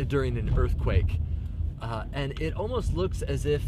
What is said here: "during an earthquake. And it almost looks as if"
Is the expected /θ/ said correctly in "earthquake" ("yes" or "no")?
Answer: yes